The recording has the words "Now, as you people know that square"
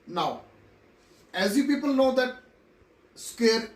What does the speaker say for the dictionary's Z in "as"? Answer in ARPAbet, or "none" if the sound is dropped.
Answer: Z